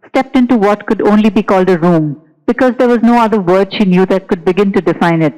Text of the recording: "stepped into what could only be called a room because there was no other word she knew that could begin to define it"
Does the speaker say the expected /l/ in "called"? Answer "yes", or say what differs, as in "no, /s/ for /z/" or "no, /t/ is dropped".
yes